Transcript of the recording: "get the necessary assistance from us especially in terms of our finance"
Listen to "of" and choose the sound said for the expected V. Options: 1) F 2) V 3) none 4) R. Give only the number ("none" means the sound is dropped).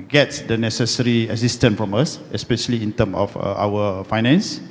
1